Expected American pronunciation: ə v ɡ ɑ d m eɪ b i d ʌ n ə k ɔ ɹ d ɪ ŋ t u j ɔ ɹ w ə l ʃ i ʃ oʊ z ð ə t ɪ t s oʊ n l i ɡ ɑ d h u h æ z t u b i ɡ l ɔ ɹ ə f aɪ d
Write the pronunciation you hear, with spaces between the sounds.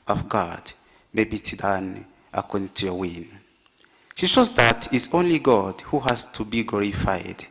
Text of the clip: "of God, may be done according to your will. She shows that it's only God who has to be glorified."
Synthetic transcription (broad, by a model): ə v ɡ ɑ d m eɪ b i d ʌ n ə k ɔ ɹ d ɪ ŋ t u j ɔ w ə n ʃ i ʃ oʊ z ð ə t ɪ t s oʊ n l i ɡ ɑ d h u h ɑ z t u b i ɡ l ɔ ɹ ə f aɪ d